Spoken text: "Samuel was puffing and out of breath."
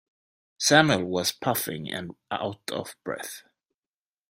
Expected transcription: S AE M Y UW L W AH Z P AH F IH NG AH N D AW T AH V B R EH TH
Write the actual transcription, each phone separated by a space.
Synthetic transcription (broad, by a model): S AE M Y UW L W AH Z P AH F IH NG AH N AW T AH V B R EH TH